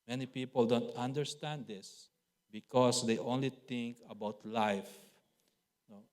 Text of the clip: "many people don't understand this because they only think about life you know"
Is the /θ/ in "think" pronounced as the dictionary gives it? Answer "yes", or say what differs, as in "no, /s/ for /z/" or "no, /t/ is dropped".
no, /t/ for /θ/